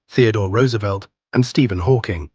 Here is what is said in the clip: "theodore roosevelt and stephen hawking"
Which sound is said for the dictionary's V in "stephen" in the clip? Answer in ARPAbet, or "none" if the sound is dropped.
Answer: V